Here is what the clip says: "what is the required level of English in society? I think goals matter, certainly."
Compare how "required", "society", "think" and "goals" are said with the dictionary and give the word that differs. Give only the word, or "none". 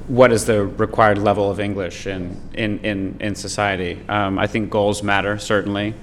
none